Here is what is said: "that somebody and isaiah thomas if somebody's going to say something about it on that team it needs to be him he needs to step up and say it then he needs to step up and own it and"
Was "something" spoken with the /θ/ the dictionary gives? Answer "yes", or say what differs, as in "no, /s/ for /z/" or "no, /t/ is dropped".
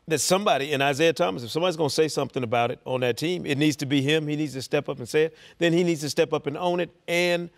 yes